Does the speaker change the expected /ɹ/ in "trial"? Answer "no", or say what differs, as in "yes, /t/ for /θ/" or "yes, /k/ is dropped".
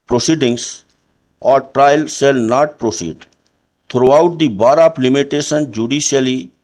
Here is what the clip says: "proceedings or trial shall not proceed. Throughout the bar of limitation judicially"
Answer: no